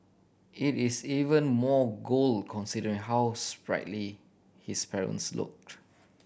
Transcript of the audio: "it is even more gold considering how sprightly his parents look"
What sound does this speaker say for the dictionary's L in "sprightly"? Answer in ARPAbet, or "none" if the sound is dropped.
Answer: L